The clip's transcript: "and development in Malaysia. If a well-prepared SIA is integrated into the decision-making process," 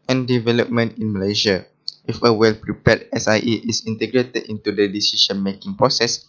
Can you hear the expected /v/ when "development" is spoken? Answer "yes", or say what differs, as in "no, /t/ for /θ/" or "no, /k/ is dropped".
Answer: yes